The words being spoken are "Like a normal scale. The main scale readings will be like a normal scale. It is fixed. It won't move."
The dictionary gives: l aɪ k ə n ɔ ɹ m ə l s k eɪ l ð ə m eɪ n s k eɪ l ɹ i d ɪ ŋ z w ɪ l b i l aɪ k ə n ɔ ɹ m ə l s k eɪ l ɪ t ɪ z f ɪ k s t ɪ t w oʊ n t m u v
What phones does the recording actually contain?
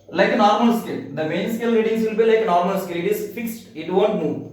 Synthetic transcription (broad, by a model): l aɪ k ə n ɔ ɹ m ə l s k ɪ l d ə m eɪ n s k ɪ l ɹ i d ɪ ŋ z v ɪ l b i l aɪ k ə n ɔ ɹ m ə l s k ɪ l ɪ t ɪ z f ɪ k s t ɪ t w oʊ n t m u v